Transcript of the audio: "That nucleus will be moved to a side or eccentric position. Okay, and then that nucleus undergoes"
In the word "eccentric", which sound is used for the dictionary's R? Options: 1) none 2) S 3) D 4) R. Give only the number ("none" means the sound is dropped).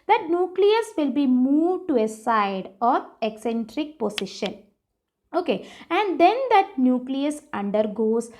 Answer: 4